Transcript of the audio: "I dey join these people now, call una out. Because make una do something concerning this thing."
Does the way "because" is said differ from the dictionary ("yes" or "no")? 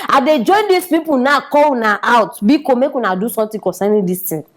yes